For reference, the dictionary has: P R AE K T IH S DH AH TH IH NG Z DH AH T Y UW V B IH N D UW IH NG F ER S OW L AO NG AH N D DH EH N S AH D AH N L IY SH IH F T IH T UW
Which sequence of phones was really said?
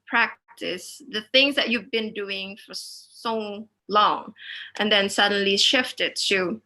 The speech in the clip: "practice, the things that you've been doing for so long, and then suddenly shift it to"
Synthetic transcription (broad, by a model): P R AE K T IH S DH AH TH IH NG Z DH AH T Y UW V B IH N D UW IH NG F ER S OW L AO NG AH N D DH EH N S AH D AH N L IY SH IH F T IH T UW